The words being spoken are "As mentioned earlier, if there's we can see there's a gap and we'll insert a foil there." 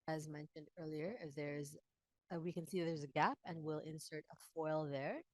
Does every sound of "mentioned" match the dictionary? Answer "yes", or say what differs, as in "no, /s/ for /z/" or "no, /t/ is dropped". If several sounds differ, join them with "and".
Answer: yes